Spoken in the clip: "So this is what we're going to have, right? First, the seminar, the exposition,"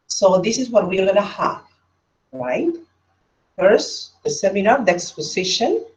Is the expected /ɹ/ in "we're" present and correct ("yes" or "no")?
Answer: no